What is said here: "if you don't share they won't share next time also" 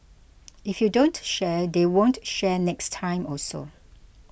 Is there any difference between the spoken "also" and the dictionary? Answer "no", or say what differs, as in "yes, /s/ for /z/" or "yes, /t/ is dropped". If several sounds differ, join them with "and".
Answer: yes, /l/ is dropped